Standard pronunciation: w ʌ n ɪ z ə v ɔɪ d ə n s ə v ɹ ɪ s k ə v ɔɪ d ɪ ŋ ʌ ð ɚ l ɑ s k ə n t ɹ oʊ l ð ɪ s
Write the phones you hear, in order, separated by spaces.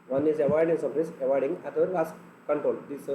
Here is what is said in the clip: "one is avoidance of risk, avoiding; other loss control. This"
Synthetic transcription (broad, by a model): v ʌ n ɪ z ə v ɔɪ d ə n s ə p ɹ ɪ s ə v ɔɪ d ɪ ŋ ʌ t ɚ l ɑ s k ə n t ɹ oʊ l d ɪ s